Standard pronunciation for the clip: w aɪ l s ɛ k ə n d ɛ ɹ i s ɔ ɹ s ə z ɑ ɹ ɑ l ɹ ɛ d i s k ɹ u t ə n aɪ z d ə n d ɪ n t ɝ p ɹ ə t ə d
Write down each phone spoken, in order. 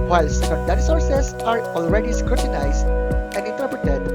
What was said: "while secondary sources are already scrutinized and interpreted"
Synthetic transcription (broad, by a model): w aɪ l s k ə d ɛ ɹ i s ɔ ɹ s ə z ɑ ɹ ɑ l ɹ ɛ d i s k ɹ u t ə n aɪ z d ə n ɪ n t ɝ p ɹ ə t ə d